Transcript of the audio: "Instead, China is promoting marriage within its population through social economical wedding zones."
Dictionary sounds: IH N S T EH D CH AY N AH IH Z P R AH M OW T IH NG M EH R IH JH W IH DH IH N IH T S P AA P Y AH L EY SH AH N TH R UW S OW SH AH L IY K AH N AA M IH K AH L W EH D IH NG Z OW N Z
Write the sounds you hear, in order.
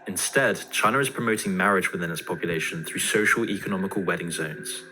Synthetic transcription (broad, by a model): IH N S T EH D CH AY N AH IH Z P R AH M OW T IH NG M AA R IH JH W IH DH IH N IH T S P AA P Y AH L EY SH AH N TH R UW S OW SH AH L IY K AH N AA M IH K AH L W EH D IH NG Z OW N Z